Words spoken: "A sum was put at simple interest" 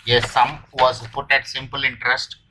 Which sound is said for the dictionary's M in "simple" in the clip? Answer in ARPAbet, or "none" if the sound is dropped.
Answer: M